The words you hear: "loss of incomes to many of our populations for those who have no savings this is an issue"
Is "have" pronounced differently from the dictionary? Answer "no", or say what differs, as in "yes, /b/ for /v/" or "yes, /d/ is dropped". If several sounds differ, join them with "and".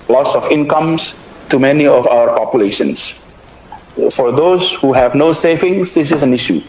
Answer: no